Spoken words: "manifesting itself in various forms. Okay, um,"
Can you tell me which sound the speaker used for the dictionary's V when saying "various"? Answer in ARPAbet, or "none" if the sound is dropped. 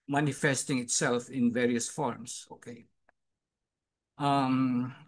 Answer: V